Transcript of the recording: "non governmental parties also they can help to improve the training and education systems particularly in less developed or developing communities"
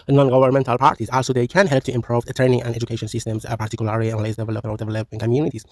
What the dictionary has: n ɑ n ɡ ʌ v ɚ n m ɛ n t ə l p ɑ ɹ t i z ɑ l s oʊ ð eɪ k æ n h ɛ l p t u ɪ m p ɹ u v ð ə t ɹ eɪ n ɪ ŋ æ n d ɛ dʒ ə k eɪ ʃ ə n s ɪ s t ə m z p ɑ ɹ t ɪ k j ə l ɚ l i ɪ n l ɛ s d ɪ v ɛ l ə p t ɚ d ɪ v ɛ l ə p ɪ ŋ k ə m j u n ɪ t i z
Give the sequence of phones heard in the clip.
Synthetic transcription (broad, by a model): n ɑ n ɡ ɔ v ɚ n m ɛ n t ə l p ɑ ɹ t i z ɑ l s oʊ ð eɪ k æ n h ɛ l p t u ɪ m p ɹ u v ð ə t ɹ eɪ n ɪ ŋ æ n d ɛ dʒ ə k eɪ ʃ ə n s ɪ s t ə m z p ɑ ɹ t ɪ k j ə l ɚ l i ɪ n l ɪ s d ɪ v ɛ l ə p ɚ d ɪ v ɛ l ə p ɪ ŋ k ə m j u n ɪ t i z